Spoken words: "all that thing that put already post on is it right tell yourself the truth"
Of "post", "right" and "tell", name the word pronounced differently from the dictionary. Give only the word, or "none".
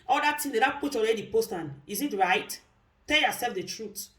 none